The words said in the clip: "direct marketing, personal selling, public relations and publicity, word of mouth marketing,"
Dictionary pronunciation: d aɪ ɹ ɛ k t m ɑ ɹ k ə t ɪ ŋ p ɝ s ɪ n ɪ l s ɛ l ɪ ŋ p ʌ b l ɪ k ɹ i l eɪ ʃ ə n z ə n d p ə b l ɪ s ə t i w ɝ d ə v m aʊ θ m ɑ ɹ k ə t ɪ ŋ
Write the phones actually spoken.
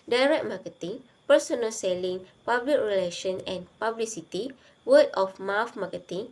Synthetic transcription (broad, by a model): d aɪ ɹ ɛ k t m ɑ k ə t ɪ ŋ p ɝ s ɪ n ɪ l s ɛ l ɪ ŋ p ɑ b l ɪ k ɹ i l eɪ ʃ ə n ə n p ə b l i s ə t i w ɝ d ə f m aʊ f m ɑ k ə t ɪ ŋ